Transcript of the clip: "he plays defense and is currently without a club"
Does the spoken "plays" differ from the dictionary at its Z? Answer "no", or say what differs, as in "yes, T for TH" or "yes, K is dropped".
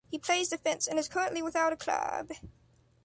no